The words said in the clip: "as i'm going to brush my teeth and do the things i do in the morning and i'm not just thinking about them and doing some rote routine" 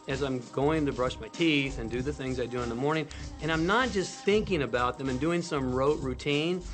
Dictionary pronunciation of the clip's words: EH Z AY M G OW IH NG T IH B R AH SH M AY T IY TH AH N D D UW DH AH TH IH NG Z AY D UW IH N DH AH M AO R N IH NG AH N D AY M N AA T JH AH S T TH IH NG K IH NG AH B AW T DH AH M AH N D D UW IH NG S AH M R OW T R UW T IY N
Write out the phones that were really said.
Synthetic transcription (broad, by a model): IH Z AY M G OW IH NG T IH B R AH SH M AY T IY TH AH N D D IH DH AH TH IH NG Z AY D UW IH N DH AH M AO R N IH NG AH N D AY M N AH T JH AH S T TH IH NG K IH NG AH B AW T DH AH M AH N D D UW IH NG S AH M R OW T R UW T IY N